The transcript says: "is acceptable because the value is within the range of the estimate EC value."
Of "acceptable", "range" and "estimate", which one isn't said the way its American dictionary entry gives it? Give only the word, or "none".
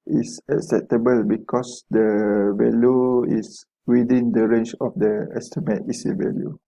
range